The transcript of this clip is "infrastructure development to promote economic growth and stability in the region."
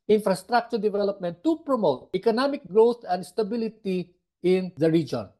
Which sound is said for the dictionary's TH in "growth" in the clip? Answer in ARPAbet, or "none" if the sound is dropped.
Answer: T